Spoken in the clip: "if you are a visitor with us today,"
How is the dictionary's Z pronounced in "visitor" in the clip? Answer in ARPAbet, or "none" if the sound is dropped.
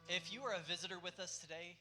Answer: Z